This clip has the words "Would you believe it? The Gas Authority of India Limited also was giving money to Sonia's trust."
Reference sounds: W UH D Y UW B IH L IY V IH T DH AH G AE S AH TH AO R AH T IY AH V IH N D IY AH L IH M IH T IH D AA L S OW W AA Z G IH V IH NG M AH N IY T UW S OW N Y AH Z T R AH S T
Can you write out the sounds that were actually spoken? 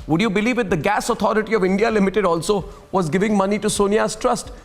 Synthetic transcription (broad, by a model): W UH D Y UW B IH L IY V IH T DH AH G AE S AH T AO R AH T IY AH V IH N D IY AH L IH M IH T IH D AA L S OW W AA Z G IH V IH NG M AH N IY T UW S OW N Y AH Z T R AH S T